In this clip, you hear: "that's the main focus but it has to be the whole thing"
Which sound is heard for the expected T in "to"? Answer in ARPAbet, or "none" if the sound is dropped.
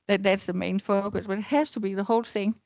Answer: T